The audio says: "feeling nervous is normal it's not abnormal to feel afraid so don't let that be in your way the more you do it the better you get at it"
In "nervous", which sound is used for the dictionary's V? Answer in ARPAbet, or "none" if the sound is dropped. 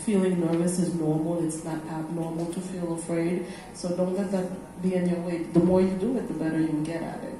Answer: V